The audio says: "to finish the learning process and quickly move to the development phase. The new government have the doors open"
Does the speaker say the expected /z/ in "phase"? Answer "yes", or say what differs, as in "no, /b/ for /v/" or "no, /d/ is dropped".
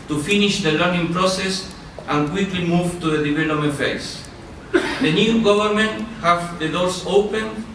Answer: no, /s/ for /z/